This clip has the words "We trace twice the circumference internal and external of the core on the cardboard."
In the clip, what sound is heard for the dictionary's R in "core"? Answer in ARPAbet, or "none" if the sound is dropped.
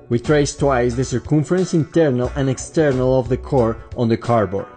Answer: R